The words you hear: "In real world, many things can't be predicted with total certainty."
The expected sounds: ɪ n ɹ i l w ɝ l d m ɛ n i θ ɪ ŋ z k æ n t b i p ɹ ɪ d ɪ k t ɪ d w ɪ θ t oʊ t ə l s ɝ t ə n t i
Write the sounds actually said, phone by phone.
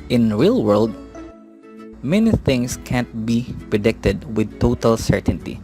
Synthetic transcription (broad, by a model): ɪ n ɹ i l w ɝ l d m ɛ n i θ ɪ ŋ s k æ n t b i p ɹ ɪ d ɪ k t ɪ d w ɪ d t oʊ t ə l s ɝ t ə n t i